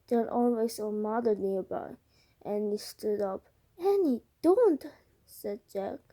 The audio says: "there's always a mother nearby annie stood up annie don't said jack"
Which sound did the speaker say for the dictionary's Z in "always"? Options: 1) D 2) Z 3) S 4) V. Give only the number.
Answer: 3